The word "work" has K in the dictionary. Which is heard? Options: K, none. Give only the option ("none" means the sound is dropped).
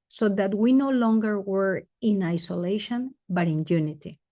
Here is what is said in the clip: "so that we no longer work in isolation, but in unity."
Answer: none